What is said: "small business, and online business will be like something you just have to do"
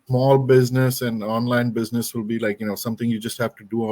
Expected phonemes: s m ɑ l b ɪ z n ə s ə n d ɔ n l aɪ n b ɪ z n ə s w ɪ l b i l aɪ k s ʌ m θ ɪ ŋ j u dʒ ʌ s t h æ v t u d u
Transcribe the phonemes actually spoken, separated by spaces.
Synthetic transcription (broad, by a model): s m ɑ l b ɪ z n ə s ə n d ɔ n l aɪ n b ɪ z n ə s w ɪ l b i l aɪ k s ʌ m t ɪ ŋ j u dʒ ʌ s t h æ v t u d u